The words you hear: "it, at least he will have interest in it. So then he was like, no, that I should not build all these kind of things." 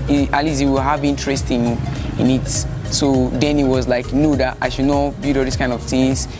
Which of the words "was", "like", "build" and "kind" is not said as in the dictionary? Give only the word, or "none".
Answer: build